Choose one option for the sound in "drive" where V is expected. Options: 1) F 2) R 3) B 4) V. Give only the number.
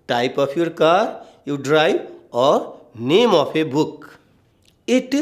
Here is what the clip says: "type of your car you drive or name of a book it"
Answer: 3